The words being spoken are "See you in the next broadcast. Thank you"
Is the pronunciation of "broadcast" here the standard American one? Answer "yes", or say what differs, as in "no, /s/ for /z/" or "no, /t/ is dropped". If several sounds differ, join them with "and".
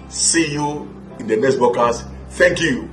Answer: no, /ɹ/ is dropped